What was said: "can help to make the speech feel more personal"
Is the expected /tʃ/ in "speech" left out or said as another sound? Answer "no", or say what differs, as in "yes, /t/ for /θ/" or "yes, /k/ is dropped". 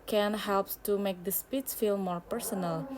yes, /s/ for /tʃ/